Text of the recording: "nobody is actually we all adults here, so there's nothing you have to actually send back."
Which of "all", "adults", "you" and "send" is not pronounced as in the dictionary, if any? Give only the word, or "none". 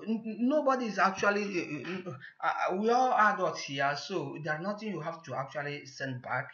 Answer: adults